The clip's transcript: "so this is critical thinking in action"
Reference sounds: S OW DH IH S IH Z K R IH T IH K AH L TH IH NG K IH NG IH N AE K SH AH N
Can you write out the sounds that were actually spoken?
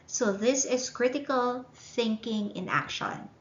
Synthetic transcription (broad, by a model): S OW DH IH S IH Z K R IH T IH K AH L TH IH NG K IH NG IH N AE K SH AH N